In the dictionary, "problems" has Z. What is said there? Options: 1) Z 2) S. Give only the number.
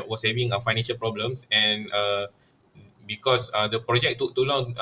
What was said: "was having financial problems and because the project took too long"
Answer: 2